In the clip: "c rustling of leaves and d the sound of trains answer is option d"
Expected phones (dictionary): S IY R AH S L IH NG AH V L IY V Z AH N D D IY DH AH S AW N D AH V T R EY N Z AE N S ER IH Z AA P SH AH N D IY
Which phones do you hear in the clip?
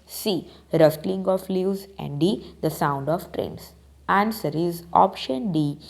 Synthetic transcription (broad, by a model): S IY R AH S L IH NG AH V L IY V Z AH N D D IY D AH S AW N D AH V T R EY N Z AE N S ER IH Z AA P SH AH N D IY